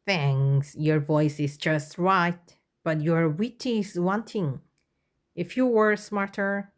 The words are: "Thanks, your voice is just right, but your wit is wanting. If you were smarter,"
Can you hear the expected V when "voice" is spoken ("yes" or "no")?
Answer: yes